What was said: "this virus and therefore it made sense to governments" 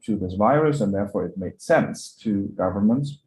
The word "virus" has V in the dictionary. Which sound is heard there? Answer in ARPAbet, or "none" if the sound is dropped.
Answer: V